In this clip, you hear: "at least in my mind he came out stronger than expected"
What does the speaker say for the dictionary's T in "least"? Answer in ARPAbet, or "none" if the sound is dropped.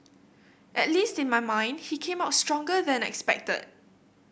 T